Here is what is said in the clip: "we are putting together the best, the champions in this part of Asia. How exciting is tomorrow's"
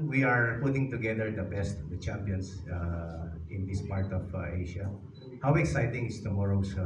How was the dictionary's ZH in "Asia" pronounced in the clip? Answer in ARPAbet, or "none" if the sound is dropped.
SH